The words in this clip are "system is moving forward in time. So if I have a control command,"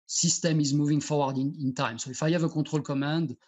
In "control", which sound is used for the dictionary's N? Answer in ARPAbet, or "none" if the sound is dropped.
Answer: none